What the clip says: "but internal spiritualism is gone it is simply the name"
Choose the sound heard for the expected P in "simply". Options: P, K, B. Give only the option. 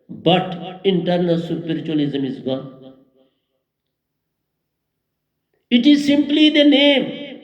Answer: P